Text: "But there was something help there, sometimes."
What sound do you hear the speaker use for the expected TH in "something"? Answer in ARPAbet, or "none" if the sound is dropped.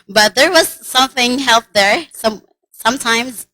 TH